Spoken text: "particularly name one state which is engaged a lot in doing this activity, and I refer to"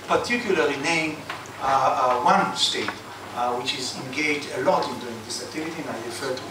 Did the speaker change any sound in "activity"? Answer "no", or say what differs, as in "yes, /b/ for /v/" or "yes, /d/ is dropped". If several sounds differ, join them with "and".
yes, /k/ is dropped